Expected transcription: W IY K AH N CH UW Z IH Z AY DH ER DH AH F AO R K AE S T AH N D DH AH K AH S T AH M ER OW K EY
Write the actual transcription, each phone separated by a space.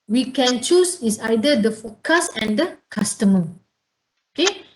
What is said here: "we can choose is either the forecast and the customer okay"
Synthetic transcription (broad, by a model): W IY K AH N CH UW S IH S AY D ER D AH F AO K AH S AH N D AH K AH S T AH M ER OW K EY